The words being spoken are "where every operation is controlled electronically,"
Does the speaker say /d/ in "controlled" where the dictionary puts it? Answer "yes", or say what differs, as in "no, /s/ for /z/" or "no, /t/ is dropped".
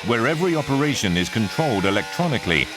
yes